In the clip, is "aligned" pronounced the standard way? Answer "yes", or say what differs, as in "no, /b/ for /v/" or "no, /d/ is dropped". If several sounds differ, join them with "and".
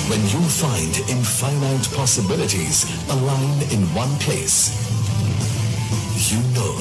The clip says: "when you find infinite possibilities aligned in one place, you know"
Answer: no, /d/ is dropped